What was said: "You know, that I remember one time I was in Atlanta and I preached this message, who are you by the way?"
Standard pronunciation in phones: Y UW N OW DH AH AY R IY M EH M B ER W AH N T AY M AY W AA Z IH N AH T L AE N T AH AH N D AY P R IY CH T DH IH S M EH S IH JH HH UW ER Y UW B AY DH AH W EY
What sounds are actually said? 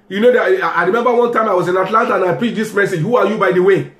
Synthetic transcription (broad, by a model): Y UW N OW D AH AY R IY M EH M B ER W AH N T AY M AY W AA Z IH N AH T L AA N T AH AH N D AY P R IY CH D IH S M EH S IH JH HH UW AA Y UW B AY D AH W EY